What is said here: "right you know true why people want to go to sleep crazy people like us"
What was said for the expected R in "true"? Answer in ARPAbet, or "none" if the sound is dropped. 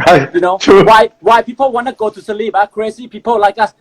W